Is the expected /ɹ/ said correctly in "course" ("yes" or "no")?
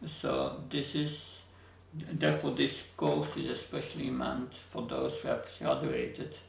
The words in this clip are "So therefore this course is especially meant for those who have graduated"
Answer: no